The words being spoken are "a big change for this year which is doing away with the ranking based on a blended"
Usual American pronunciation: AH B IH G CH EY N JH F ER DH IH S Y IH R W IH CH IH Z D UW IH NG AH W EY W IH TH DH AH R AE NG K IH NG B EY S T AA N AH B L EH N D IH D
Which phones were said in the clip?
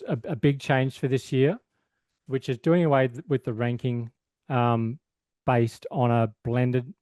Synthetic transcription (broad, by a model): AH B IH G CH EY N ZH F ER DH IH S Y IH R W IH CH IH Z D UW IH NG AH W EY W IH DH AH R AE NG K IH NG B EY S T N AH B L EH N D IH D